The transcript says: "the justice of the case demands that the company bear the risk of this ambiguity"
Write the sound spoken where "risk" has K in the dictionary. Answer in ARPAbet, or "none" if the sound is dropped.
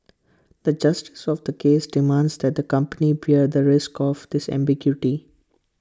K